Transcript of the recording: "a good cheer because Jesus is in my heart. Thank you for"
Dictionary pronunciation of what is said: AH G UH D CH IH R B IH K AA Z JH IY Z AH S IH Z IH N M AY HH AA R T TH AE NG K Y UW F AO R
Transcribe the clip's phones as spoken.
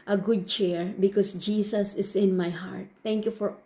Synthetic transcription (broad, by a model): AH G UH D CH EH R B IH K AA S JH IY S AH S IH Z IH N M AY HH AA R T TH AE NG K Y UW F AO R